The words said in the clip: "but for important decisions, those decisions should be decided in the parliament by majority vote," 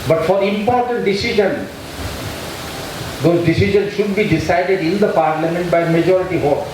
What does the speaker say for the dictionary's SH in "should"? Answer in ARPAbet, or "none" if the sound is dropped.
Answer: SH